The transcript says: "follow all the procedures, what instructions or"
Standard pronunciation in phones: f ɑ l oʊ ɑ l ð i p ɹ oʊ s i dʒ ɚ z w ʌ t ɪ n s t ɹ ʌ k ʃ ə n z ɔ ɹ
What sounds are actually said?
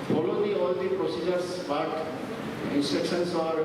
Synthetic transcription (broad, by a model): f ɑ l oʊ ɑ l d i p ɹ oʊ s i dʒ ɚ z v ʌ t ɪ n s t ɛ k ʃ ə n s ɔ ɹ